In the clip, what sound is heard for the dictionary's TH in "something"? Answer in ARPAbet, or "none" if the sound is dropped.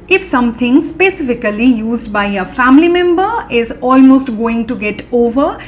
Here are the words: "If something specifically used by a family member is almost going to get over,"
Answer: T